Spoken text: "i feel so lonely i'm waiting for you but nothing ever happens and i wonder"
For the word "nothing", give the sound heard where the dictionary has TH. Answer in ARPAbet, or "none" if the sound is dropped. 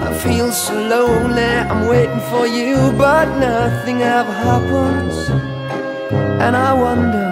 TH